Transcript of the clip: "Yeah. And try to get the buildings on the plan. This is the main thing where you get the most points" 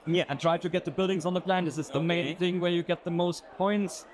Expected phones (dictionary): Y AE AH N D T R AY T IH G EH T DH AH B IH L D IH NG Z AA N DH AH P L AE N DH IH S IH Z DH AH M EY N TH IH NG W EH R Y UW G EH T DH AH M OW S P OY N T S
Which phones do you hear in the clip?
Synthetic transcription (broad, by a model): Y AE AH N T R AY T IH G EH T DH AH B IH L D IH NG Z N DH AH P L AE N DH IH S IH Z DH AH M EY N TH IH NG W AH R Y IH G EH T DH AH M OW S P OY N T S